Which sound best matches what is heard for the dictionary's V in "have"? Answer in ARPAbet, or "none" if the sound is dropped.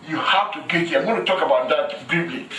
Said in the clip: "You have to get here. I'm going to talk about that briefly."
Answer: F